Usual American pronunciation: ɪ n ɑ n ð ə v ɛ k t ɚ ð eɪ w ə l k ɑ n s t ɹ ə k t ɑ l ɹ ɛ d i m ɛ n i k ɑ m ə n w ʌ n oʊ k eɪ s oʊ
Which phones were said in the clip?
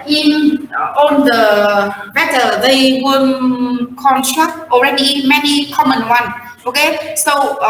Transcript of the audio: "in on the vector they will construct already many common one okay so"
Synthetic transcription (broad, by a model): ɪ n ɑ n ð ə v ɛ t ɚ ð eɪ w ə n k ɑ n s t ɹ ə k t ɑ l ɹ ɛ d i m ɛ n i k ɑ m ə n w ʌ n oʊ k eɪ s oʊ